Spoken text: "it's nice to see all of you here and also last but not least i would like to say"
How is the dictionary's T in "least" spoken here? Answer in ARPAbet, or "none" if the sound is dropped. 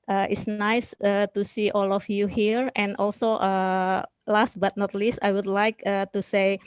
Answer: T